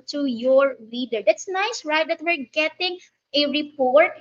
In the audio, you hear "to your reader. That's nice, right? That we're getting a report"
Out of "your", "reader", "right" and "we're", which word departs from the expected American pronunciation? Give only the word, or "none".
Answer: reader